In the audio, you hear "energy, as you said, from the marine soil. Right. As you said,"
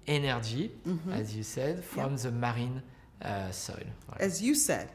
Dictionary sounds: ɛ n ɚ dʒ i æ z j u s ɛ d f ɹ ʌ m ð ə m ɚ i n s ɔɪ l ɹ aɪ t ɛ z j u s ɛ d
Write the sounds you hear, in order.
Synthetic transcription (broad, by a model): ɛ n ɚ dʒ i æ z j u s ɛ d f ɹ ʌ m ð ə m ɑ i n s ɔɪ l w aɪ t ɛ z j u s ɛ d